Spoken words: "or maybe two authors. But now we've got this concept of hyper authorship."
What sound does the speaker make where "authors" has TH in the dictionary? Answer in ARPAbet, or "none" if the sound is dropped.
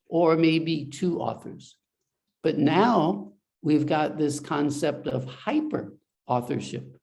TH